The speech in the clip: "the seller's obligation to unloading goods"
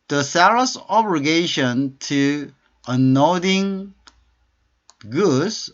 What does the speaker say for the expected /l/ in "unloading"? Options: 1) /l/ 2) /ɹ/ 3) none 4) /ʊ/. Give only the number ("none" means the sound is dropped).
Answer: 3